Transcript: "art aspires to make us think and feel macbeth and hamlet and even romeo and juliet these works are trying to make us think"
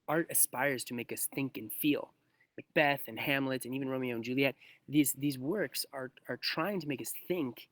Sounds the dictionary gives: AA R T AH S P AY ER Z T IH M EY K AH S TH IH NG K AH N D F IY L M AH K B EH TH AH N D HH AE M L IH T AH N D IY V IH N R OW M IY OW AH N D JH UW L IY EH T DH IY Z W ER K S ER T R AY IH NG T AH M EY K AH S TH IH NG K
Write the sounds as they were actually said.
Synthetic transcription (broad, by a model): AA R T AH S P AY ER Z T IH M EY K AH S TH IH NG K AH N F IY L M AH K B EH TH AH N HH AE M L IH T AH N IY V IH N R OW M IY OW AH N JH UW L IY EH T DH IY Z W ER K S ER T R AY IH NG T AH M EY K AH S TH IH NG K